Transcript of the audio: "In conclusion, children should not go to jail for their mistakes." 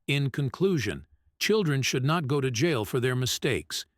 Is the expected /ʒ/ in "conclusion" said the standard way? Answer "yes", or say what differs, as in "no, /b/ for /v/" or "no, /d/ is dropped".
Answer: yes